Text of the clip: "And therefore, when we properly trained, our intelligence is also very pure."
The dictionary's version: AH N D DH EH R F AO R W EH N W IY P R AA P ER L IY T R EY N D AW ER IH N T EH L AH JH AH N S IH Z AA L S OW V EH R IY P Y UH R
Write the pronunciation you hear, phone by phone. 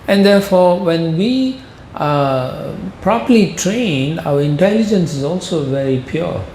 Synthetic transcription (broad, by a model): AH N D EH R F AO R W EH N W IY P R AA P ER L IY T R EY N AW ER IH N T EH L AH JH AH N S IH Z AA L S OW V EH R IY P Y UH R